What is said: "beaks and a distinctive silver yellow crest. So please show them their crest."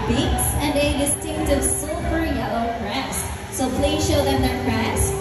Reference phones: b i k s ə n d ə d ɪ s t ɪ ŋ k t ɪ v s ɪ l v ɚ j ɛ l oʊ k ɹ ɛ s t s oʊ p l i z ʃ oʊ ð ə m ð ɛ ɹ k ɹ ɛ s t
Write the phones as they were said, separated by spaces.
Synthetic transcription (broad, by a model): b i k s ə n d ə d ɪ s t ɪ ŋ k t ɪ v s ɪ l p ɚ j ɛ l oʊ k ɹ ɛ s s oʊ p l i z ʃ oʊ ð ə m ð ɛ ɹ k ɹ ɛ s